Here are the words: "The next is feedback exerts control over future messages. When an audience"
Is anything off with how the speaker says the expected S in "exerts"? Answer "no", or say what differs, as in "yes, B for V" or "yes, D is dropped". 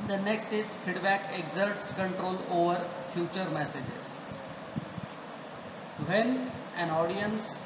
no